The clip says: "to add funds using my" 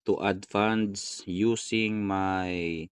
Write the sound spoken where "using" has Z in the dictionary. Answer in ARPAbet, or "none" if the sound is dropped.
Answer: S